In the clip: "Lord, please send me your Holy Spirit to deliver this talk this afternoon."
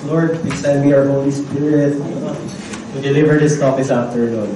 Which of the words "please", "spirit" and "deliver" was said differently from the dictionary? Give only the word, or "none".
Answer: please